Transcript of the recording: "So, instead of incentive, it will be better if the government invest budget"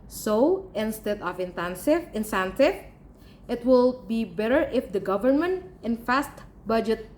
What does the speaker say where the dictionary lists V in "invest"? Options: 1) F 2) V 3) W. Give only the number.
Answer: 1